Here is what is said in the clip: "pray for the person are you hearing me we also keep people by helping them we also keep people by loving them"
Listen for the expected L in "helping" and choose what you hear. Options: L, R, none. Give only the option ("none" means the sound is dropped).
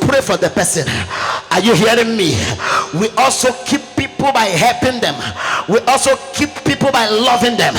L